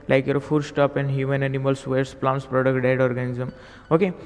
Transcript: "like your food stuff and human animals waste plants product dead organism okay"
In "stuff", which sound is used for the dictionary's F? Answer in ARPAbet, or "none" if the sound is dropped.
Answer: P